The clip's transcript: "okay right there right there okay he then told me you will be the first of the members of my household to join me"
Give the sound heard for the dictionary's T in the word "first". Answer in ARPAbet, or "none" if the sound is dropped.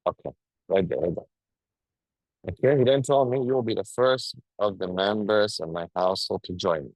T